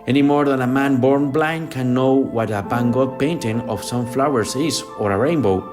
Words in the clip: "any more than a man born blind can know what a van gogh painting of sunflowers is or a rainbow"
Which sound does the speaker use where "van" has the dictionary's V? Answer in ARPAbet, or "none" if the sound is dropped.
B